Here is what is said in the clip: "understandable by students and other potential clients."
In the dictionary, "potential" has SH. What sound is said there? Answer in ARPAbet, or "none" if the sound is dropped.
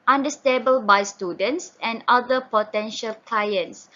SH